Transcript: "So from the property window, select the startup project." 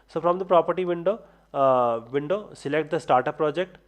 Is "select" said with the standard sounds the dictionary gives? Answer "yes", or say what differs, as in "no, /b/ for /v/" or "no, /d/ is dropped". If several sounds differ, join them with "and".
yes